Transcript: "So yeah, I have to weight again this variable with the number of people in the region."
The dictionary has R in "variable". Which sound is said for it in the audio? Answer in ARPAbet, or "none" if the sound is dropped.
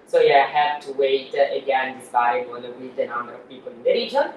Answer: none